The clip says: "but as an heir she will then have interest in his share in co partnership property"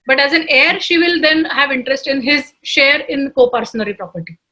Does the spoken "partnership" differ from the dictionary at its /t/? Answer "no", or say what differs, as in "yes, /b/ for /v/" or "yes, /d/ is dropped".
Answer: yes, /s/ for /t/